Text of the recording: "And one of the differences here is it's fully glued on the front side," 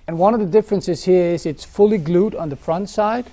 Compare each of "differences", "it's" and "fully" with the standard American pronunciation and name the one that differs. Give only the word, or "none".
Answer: none